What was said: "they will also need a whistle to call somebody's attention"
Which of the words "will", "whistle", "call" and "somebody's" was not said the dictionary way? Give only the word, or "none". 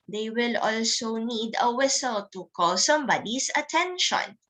somebody's